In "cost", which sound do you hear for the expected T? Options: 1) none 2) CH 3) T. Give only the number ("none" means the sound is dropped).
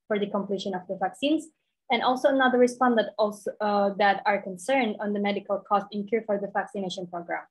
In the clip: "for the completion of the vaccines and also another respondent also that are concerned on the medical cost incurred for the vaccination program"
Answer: 3